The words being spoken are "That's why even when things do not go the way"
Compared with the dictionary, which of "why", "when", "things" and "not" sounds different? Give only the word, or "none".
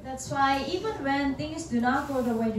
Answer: things